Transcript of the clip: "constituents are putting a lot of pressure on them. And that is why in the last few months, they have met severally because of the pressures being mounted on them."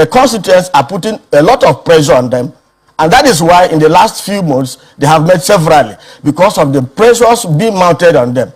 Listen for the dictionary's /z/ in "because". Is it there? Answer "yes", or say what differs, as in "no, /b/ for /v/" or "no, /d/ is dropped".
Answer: no, /s/ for /z/